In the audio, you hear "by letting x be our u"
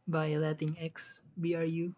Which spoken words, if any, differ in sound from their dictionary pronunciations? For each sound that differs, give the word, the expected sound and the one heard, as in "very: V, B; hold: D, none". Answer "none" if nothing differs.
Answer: none